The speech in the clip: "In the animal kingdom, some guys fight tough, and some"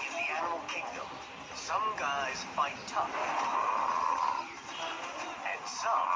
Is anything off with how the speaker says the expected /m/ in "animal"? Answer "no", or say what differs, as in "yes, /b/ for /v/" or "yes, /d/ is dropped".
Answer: yes, /m/ is dropped